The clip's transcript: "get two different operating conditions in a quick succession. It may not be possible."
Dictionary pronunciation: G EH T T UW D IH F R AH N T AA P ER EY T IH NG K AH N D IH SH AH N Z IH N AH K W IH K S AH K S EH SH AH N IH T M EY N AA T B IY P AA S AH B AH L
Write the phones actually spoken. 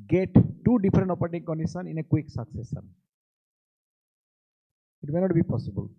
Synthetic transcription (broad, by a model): G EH T T UW D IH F R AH N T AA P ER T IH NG K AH N D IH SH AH N IH N AH K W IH K S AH K S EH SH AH N IH T M EY N AA T B IY P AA S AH B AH L